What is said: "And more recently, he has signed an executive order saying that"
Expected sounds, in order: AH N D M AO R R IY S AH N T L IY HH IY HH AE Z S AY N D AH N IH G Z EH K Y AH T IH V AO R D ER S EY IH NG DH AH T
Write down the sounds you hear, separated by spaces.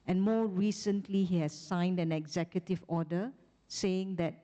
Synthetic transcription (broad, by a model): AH N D M AO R R IY S AH N T L IY HH IY HH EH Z S AY N D AH N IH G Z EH K Y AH T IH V AO D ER S EY IH NG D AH T